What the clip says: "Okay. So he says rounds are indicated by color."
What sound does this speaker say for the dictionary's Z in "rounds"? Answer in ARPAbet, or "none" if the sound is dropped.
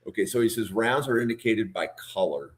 Z